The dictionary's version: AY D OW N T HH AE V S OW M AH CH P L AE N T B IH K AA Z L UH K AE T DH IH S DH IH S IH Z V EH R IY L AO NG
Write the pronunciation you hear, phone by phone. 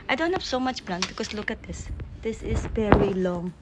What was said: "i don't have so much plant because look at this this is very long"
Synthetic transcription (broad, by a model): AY D OW N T HH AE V S OW M AH CH B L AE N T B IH K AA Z L UH K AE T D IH S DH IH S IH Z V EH R IY L AO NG